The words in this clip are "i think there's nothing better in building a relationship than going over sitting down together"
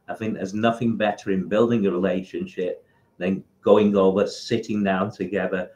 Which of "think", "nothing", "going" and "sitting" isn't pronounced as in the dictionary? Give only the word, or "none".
none